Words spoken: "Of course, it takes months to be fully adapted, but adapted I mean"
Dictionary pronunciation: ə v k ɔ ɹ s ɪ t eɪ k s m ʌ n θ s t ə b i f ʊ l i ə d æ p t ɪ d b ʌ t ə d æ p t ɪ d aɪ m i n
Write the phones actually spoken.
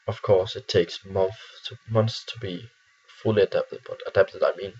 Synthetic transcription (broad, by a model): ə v k ɔ ɹ s ɪ t eɪ k s m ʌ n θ θ t ə b i f ʊ l i ə d æ p t ɪ d b ʌ t ə d æ p t ɪ d aɪ m i n